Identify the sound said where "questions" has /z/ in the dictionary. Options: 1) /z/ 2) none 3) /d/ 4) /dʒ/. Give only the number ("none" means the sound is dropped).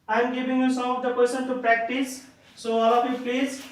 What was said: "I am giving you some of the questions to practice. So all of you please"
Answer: 2